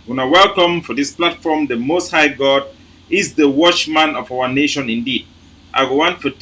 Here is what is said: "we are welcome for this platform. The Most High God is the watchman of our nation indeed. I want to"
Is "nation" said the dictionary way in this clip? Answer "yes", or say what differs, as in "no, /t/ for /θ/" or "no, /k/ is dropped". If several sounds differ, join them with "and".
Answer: yes